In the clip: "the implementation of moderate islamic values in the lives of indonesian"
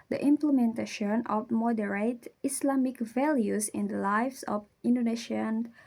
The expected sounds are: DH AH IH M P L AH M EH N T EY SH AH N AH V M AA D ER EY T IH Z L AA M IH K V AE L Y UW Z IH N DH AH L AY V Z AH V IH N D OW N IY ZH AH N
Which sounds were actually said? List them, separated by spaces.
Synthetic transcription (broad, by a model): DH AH IH M P L AH M EH N T EY SH AH N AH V M AA D ER EY T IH S L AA M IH K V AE L Y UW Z IH N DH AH L AY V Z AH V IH N D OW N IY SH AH N